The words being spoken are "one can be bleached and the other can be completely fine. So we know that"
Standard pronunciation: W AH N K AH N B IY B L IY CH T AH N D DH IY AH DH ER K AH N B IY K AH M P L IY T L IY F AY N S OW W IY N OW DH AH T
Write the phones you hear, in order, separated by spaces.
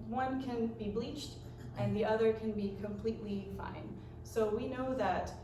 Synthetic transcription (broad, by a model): W AH N K AH N B IY B L IY CH T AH N DH IY AH DH ER K AH N B IY K AH M P L IY T L IY F AY N S OW W IY N OW DH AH T